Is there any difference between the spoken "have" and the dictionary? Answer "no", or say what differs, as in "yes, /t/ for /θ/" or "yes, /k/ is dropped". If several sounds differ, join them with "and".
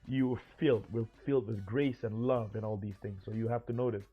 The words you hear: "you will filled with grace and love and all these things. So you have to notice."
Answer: yes, /f/ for /v/